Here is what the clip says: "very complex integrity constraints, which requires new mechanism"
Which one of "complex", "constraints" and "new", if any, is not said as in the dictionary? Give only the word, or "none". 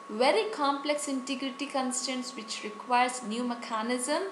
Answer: constraints